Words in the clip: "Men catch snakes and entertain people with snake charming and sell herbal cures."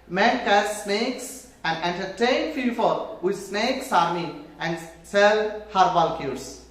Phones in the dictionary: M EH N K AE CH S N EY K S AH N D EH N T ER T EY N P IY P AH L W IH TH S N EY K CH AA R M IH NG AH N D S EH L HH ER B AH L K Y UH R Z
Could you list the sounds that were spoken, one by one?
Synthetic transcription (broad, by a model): M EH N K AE S N EY K S AH N D EH N T ER T EY N F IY F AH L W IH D S N EY K S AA R M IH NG AH N D S EH L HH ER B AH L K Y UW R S